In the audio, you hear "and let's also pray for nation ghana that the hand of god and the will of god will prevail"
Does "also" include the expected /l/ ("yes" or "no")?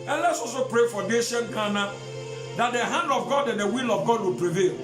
no